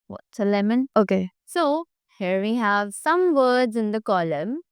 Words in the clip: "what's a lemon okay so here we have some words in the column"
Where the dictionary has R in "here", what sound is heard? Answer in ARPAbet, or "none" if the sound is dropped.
R